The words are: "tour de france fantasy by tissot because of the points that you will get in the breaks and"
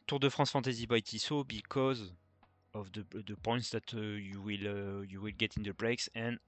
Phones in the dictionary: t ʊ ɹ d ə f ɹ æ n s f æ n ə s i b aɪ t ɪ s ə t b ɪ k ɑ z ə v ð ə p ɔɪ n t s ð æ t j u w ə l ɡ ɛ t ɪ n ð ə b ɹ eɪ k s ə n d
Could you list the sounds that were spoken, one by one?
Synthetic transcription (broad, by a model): t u ɹ d ə f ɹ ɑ s f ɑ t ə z i b aɪ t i s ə b ɪ k ɑ z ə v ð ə p ɔɪ n t s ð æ t j u w ə l ɡ ɛ t ɪ n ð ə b ɹ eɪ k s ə n